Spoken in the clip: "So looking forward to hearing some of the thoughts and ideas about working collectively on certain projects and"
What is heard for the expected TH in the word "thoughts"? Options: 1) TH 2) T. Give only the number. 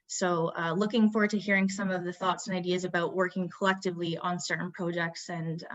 1